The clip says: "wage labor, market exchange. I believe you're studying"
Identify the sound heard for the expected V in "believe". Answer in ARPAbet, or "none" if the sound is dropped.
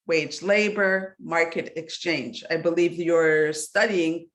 V